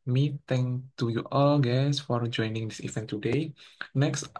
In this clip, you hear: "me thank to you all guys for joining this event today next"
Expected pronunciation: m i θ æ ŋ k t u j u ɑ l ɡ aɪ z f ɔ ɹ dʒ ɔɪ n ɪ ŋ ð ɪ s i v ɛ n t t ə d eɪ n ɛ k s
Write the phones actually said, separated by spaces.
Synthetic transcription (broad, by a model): m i t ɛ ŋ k t u j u ɑ l ɡ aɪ s f ɔ ɹ dʒ ɔɪ n ɪ ŋ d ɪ s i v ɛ n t t ə d eɪ n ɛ k s